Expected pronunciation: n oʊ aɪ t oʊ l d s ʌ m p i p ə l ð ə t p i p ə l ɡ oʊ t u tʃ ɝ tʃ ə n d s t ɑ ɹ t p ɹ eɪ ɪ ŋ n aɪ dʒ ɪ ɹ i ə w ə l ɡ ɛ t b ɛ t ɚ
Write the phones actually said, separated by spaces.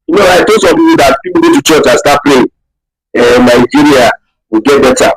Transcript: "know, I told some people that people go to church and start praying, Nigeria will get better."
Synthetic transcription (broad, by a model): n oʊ aɪ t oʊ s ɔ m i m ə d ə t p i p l ɡ oʊ t u tʃ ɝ tʃ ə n s t ɑ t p l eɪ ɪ n aɪ dʒ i ɹ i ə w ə ɡ ɛ t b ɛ t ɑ